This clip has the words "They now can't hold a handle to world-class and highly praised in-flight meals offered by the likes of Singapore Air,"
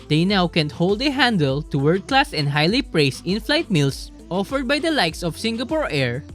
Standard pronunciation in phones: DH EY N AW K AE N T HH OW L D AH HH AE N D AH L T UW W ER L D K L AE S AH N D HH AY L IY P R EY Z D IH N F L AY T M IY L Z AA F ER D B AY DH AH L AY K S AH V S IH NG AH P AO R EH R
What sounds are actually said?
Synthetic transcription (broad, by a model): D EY N AW K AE N T HH OW L D AH HH AE N D AH L T UW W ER D K L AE S AH N D HH AY L IY P R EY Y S IH N F L AY T M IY L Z AA F ER D B AY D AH L AY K S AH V S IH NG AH P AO R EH R